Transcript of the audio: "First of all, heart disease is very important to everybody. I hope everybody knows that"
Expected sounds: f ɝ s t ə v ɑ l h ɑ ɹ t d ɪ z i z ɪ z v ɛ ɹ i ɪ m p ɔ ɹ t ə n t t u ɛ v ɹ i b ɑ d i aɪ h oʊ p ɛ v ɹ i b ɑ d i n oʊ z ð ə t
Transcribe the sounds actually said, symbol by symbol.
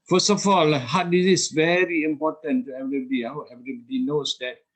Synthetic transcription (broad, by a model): f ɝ s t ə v ɑ l h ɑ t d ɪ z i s v ɛ ɹ i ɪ m p ɔ t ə n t t u ɛ v ɹ i b ɑ d i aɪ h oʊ ɛ v ɹ i b ɑ d i n oʊ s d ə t